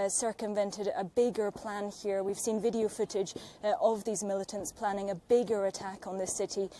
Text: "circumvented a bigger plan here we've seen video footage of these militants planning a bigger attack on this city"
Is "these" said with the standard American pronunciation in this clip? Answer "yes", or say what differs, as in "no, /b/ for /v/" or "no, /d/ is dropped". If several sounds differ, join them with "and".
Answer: yes